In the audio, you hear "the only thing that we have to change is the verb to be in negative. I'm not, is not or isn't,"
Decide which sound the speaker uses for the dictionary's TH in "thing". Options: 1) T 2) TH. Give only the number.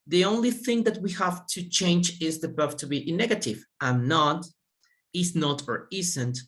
2